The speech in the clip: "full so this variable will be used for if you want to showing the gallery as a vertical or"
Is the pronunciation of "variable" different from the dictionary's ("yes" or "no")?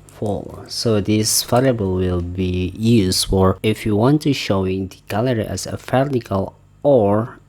yes